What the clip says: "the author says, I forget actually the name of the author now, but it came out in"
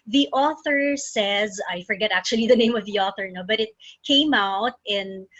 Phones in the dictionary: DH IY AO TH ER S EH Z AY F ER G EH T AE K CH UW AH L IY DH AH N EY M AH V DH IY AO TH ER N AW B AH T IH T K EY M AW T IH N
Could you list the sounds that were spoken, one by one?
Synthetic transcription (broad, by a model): DH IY AO TH ER S EH Z AY F ER G EH T AE K CH UW AH L IY DH AH N EY M AH V DH IY AO TH ER N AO B AH T IH T K EY M AW T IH N